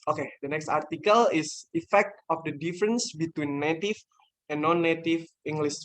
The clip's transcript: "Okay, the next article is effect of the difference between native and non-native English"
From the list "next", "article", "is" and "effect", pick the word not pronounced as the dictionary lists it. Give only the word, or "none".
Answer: is